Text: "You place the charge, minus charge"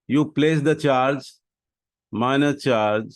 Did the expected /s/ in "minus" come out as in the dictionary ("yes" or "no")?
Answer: no